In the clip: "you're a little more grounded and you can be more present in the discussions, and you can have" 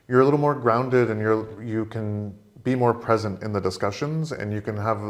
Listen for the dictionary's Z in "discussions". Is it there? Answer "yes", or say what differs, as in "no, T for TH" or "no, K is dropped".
yes